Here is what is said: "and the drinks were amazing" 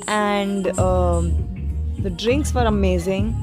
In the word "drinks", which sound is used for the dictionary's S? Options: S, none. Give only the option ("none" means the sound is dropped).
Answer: S